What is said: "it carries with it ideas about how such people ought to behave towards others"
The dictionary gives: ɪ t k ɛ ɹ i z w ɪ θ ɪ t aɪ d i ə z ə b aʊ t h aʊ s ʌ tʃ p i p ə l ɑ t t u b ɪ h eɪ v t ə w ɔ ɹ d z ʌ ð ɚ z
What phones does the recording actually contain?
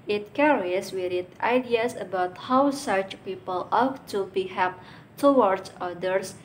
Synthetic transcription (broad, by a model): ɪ t k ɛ ɹ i s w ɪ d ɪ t aɪ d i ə s ə b aʊ t h aʊ s ʌ tʃ p i p ə l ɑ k t u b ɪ h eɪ p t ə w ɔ ɹ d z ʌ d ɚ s